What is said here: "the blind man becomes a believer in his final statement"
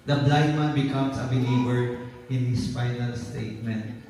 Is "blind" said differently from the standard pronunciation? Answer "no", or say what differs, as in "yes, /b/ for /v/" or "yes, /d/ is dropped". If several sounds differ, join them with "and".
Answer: yes, /n/ is dropped